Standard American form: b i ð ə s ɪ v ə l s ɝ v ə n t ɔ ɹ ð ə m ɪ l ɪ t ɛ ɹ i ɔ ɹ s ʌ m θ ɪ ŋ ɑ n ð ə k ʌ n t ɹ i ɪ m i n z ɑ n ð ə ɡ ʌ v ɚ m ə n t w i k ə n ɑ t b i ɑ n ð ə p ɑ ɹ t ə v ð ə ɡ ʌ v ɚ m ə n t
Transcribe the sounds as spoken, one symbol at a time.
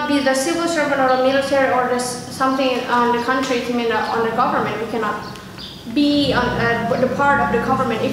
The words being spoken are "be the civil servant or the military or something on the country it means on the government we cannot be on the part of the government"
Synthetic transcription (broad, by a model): b i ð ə s ɪ v ə l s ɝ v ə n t ɔ ɹ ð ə m ɪ l ɪ t ɛ ɹ i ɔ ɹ s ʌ m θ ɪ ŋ ɑ n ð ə k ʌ n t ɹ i ɪ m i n ɑ n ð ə ɡ ʌ v ɚ m ə n t w i k ə n ɑ t b i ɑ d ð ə p ɑ ɹ t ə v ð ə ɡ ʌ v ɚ m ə n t